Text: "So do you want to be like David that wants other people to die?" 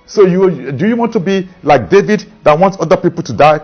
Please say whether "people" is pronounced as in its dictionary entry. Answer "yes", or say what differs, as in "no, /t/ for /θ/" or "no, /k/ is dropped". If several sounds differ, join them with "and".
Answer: yes